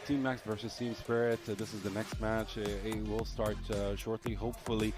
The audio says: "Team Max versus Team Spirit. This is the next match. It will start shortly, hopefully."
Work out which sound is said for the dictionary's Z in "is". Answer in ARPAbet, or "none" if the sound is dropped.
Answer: Z